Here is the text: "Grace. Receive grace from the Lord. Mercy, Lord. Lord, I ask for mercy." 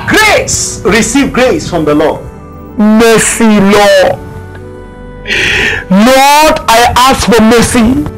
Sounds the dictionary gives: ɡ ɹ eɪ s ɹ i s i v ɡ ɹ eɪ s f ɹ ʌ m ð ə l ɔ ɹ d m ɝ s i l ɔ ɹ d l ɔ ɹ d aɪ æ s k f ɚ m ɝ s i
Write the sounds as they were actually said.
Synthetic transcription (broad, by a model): ɡ ɹ eɪ s ɹ i s i v ɡ ɹ eɪ s f ɹ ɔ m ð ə l ɔ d m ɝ s i l ɔ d l ɔ d aɪ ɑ s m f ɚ m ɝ s i